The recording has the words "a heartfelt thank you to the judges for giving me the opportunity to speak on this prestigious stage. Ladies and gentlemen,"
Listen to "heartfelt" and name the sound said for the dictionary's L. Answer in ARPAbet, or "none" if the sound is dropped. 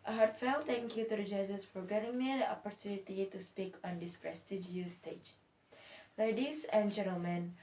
L